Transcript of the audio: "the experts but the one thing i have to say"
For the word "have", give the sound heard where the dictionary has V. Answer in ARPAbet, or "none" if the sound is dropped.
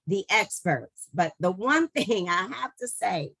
F